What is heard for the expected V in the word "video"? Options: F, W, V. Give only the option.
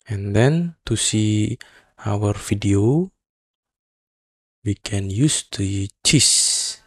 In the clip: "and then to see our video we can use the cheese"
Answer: F